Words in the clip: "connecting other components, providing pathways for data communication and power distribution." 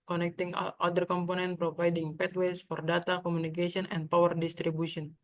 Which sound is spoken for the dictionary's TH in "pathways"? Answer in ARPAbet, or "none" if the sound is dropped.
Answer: T